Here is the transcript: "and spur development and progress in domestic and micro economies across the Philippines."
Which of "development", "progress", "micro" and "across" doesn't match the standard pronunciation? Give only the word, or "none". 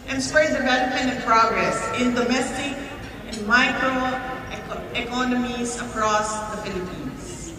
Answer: development